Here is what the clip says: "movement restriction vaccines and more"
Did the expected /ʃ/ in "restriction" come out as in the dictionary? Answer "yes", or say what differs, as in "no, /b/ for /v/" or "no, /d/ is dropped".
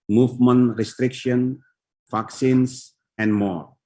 yes